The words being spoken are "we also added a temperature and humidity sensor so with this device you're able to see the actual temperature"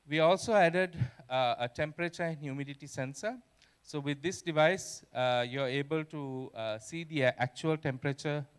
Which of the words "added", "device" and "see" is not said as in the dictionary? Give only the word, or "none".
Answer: none